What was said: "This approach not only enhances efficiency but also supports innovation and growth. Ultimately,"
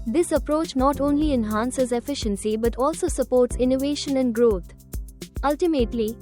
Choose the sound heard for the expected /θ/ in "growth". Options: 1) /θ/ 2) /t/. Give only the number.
2